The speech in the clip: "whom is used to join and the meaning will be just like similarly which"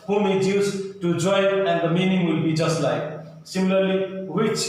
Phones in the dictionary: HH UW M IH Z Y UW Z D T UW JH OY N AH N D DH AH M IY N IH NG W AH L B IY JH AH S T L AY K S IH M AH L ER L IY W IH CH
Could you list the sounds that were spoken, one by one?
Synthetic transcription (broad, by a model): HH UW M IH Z Y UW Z T UW JH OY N AH N D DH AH M IY N IH NG W AH L B IY JH AH S T L AY K S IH M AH L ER L IY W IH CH